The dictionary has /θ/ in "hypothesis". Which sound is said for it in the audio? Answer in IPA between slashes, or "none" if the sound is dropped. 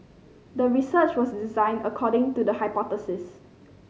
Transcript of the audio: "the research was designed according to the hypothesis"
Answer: /t/